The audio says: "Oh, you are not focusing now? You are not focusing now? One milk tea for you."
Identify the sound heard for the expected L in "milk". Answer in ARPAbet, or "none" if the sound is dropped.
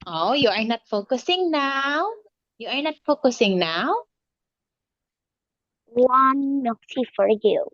none